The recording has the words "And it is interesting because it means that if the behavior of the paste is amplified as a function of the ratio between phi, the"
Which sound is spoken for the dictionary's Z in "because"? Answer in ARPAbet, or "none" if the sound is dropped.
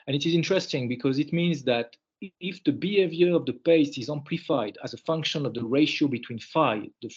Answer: Z